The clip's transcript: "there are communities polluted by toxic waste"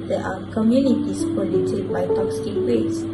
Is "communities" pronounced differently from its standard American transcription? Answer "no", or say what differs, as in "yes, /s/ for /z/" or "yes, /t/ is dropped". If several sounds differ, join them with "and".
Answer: yes, /s/ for /z/